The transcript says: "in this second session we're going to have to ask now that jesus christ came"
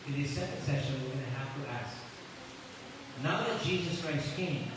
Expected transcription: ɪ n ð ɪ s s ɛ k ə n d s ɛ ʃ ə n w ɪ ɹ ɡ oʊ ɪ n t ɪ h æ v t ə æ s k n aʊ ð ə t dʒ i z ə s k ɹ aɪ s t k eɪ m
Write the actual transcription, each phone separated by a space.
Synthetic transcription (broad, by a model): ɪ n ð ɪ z s ɛ k ə n d s ɛ ʃ ə n w ɪ ɹ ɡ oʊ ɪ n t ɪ h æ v t ə æ s k n aʊ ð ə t dʒ i z ə s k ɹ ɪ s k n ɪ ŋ